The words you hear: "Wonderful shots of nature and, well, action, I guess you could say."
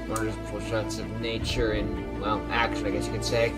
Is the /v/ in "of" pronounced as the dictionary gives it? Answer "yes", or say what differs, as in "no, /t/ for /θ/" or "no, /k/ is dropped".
yes